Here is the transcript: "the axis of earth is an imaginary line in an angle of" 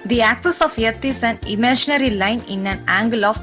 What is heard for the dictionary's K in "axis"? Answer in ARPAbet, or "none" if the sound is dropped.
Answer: K